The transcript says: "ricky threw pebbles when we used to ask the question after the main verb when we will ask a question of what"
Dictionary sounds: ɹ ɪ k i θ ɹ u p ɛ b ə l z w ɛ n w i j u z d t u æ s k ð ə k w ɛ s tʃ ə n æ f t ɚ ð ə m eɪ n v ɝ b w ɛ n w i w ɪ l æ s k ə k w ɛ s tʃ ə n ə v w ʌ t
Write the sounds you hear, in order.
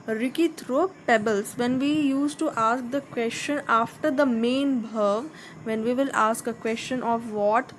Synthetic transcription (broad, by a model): ɹ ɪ k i t ɹ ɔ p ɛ b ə l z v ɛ n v i j u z t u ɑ s k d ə k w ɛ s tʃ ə n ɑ f t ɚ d ə m eɪ n b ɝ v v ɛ n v i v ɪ l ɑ s k ə k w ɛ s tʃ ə n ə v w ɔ t